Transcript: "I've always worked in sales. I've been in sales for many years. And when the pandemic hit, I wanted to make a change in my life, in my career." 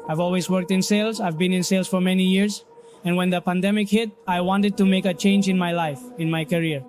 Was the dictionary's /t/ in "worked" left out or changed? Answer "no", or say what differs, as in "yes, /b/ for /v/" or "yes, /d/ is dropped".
no